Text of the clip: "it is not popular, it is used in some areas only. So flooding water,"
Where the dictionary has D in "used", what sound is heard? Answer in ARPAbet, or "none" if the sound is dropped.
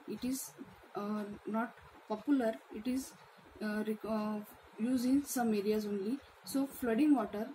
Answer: none